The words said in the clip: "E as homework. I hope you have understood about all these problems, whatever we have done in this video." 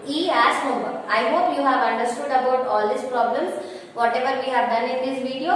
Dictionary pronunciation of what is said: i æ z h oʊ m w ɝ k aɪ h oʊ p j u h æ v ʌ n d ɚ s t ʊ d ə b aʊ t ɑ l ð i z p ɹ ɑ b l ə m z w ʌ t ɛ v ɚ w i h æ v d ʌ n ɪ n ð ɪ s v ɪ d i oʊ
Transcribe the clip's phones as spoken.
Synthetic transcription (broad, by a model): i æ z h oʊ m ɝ aɪ h oʊ p j u h æ v ʌ n d ɚ s t ʊ d ə b aʊ t ɑ l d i s p ɹ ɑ b l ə m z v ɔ t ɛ v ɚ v i h æ v d ʌ n ɪ n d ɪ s v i d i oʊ